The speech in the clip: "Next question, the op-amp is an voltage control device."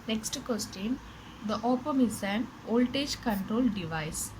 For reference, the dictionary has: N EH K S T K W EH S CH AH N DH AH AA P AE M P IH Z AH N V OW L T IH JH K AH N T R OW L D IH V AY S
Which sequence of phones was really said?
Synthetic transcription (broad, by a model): N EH K S T K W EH S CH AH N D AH AA P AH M IH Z AH N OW L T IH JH K AH N T R OW L D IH V AY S